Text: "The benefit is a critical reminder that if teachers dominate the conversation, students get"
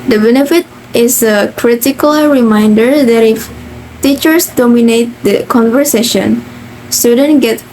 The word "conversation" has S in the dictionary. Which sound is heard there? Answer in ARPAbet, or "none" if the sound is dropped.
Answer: S